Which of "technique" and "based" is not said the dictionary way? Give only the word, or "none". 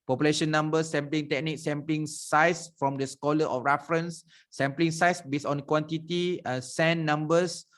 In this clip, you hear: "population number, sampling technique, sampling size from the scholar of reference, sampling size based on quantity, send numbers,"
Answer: based